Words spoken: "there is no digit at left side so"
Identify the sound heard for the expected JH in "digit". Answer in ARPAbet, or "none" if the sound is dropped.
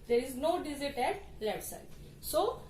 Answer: Z